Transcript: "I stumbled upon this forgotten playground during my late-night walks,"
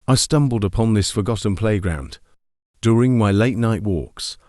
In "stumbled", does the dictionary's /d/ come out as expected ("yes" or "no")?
yes